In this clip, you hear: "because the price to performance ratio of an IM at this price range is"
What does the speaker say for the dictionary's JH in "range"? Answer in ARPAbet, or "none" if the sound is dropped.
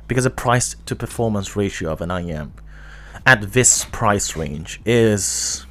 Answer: JH